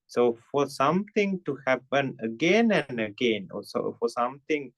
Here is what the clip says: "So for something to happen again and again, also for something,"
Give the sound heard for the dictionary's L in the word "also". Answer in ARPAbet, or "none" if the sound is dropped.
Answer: none